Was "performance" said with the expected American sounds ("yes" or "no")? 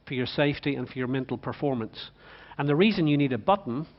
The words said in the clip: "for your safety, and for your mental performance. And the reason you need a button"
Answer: yes